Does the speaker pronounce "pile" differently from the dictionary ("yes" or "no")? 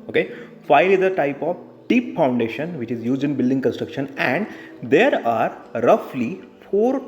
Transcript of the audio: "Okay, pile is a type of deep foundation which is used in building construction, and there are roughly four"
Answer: yes